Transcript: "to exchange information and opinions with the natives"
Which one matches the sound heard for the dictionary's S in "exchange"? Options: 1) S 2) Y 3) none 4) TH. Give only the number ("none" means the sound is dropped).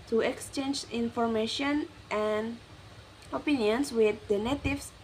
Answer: 1